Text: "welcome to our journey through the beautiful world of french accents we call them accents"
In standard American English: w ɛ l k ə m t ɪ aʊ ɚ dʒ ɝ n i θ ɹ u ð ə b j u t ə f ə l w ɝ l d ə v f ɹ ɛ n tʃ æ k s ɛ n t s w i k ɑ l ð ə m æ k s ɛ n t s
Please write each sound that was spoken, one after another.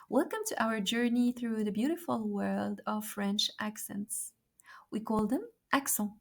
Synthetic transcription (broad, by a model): w ɛ l k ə m t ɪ aʊ ɚ dʒ ɝ n i θ ɹ u ð ə b j u t ə f ə l w ɝ l d ə v f ɹ ɛ n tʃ æ k s ɛ n t s w i k ɑ l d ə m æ k s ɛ